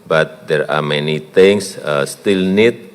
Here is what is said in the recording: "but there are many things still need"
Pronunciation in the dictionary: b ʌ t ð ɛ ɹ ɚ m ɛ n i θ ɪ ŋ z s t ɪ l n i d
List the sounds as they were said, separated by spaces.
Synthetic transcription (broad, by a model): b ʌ t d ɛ ɹ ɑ m ɛ n i t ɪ ŋ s s t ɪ l n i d